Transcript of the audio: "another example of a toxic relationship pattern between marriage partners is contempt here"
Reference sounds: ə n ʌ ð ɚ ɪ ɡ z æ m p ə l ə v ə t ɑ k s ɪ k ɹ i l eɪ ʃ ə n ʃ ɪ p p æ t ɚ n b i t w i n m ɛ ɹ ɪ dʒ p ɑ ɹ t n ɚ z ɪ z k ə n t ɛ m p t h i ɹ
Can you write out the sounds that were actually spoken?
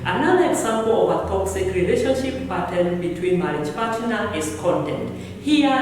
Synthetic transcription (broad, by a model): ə n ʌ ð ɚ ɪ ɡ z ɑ m p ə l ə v ə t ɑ k s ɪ k ɹ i l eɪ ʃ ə n ʃ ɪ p p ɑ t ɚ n b i t w i n m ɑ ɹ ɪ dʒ p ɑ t n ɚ ɪ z k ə n t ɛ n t h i